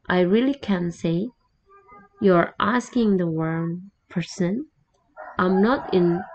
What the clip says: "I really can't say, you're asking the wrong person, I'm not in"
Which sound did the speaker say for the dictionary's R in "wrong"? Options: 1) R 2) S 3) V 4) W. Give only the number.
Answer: 4